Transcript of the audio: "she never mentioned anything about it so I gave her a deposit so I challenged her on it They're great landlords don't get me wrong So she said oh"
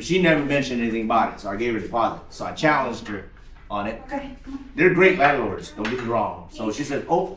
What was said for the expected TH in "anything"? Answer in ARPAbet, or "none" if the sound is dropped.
TH